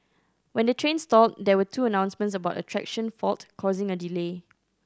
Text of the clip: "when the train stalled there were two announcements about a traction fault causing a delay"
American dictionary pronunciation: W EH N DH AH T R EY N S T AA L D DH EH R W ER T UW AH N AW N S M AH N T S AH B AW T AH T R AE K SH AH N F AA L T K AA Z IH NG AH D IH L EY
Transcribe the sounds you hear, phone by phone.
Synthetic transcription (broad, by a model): W EH N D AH T R EY N S T AA L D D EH W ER T UW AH N AW N S M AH N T S AH B AW T AH T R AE K SH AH N F AA L T K AA Z IH NG AH D IH L EY